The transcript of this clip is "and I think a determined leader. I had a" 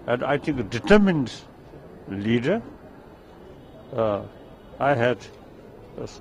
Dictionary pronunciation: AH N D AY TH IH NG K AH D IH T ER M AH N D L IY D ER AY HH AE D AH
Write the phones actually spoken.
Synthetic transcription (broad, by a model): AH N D AY T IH NG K AH D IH T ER M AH N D L IY D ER AY HH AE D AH